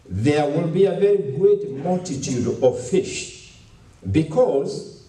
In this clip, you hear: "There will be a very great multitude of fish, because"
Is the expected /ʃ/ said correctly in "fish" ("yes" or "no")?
yes